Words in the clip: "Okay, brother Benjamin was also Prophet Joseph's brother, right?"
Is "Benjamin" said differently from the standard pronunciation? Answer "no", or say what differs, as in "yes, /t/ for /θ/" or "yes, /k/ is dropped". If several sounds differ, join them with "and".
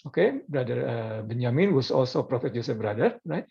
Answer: yes, /dʒ/ is dropped